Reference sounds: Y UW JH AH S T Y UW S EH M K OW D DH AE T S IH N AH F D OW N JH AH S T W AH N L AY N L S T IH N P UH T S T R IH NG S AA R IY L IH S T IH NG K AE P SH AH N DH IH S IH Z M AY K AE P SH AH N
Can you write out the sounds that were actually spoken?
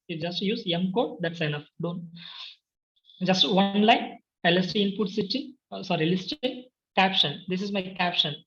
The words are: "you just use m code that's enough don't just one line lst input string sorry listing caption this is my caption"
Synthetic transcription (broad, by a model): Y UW JH AH S T Y UW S EH M K OW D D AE T S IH N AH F D OW N JH AH S T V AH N L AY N L S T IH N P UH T S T IY S AA R IY L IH S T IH K AE P SH AH N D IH S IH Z M AY K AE P SH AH N